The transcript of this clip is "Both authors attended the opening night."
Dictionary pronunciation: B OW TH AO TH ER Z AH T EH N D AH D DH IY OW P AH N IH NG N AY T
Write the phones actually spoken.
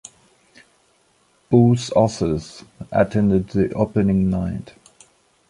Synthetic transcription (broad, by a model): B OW S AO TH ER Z AH T EH N D AH D DH IY OW P AH N IH NG N AY T